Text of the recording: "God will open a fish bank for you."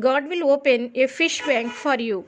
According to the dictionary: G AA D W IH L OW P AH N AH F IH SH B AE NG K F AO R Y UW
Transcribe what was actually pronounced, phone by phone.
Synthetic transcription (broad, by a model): G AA D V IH L OW P AH N AH F IH SH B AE NG K F AO R Y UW